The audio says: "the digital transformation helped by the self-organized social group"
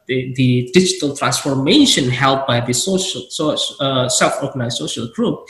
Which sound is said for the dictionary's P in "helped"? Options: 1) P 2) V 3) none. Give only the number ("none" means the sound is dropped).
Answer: 3